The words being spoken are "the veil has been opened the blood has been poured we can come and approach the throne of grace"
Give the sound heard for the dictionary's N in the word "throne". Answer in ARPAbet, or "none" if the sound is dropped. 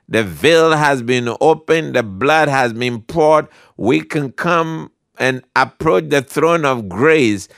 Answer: N